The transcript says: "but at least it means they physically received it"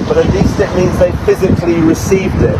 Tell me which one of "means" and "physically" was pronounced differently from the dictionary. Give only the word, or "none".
none